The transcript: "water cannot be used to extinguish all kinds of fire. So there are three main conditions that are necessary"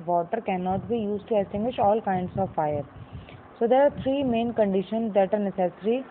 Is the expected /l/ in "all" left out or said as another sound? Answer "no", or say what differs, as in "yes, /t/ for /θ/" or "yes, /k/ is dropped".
no